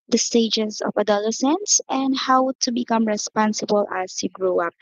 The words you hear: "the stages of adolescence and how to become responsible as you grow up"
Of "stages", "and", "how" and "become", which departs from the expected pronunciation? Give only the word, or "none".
stages